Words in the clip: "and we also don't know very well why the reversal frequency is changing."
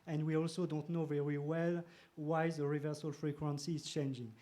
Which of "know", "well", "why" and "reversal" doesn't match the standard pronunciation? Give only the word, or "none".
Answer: none